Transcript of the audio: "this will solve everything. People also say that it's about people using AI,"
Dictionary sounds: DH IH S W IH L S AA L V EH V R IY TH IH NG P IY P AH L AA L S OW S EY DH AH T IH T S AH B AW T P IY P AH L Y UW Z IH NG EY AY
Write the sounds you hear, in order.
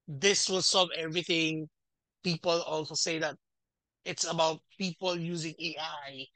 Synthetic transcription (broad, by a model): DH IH S W IH L S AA V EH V R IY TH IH NG P IY P AH L AA L S OW S EY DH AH T IH T S AH B AW T P IY P AH L Y UW Z IH NG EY AY